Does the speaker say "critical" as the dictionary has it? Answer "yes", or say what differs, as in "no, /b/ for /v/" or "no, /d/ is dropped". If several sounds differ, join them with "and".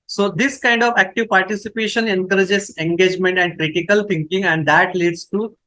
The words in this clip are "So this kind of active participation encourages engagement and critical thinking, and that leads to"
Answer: yes